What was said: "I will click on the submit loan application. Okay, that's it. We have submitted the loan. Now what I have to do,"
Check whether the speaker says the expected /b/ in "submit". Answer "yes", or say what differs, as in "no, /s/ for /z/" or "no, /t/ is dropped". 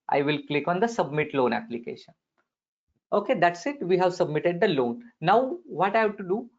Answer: yes